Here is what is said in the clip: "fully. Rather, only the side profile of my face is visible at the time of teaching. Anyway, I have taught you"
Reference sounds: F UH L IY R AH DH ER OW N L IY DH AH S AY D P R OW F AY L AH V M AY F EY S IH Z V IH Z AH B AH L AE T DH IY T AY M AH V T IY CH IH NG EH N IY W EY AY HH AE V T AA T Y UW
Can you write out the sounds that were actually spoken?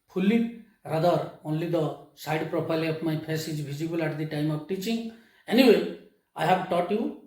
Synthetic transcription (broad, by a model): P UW L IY R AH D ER OW N L IY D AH S AY D P R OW P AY L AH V M AY P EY S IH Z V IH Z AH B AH L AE T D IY T AY M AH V T IY CH IH NG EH N IY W EY AY HH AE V T AA T Y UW